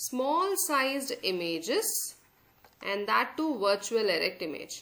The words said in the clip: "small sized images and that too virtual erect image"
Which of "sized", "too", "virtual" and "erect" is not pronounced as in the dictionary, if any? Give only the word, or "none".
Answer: none